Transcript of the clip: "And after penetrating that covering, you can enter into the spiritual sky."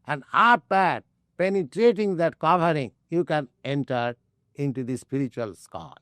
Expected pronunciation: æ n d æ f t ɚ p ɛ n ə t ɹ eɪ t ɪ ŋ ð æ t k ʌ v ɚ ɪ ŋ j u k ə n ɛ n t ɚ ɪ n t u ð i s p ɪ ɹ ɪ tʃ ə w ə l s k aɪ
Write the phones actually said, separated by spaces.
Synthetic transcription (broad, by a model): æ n d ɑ p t p ɛ n ə t ɹ eɪ t ɪ ŋ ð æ t k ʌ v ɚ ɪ ŋ j u k ə n ɛ n t ɚ ɪ n t u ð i s p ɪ ɹ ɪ tʃ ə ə l s k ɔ